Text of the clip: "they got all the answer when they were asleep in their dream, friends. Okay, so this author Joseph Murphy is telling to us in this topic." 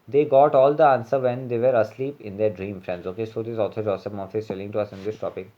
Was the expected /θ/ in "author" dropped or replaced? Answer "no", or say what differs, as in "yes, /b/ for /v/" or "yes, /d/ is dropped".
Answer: yes, /t/ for /θ/